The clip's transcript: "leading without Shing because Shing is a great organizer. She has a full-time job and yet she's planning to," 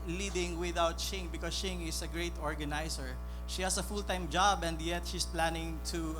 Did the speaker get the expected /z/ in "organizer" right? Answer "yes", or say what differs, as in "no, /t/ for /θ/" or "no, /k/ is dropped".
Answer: no, /s/ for /z/